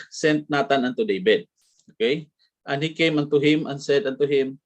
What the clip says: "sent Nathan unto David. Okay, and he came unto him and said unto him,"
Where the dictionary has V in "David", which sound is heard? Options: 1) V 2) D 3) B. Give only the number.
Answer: 3